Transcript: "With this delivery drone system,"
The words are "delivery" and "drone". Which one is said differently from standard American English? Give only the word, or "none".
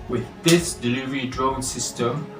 none